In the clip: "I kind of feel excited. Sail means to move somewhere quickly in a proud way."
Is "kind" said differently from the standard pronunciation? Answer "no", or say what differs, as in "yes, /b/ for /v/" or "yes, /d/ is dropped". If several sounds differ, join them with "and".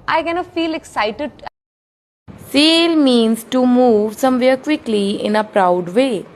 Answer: yes, /d/ is dropped